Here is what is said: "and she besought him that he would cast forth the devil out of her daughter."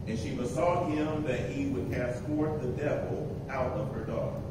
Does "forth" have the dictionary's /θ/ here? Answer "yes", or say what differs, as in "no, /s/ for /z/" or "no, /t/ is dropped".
no, /t/ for /θ/